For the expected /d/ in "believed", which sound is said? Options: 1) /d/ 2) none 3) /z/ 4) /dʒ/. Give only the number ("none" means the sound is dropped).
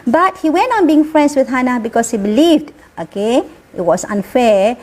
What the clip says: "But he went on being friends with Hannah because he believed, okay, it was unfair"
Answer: 1